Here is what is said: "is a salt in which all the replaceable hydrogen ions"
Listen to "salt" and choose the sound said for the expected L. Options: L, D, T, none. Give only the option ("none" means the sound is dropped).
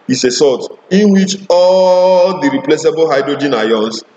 none